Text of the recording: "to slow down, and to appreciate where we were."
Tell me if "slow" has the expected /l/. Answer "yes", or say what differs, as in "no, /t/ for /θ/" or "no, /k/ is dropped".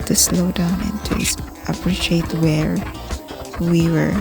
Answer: yes